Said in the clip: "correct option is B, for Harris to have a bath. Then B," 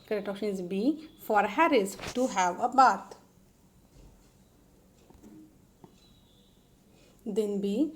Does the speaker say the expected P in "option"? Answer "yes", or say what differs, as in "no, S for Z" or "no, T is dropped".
no, P is dropped